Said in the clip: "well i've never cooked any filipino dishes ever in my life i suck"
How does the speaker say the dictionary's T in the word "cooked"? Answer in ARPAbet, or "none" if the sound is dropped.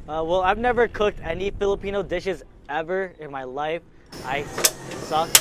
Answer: T